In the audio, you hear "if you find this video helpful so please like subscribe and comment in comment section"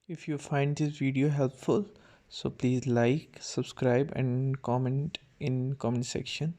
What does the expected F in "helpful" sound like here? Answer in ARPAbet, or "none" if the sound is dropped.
F